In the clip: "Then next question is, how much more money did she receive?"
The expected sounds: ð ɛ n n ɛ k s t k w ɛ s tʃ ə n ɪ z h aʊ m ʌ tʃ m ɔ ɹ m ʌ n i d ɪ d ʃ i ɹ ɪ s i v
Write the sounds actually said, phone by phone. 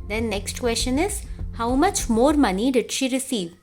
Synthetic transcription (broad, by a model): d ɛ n n ɛ k s t k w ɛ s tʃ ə n ɪ z h aʊ m ʌ tʃ m ɔ ɹ m ʌ n i d ɪ d ʃ i ɹ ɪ s i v